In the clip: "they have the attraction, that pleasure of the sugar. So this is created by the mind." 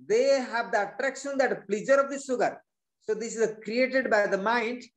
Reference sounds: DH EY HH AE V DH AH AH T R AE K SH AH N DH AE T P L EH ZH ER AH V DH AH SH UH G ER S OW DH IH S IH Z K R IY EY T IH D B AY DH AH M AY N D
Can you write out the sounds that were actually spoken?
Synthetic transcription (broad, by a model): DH EY HH AE V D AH AH T R AE K SH AH N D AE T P L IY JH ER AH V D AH S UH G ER S OW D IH S IH Z K R IY EY T IH D B AY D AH M AY N D